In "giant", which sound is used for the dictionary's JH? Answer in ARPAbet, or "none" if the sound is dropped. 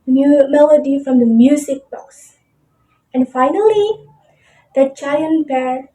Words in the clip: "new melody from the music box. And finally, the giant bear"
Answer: CH